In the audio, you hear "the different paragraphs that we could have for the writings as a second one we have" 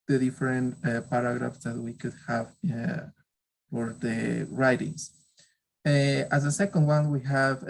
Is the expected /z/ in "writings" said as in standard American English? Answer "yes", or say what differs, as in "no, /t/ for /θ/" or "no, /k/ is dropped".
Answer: no, /s/ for /z/